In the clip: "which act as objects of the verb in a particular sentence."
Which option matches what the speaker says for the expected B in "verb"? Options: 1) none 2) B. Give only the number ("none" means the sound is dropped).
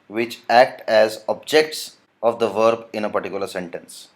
2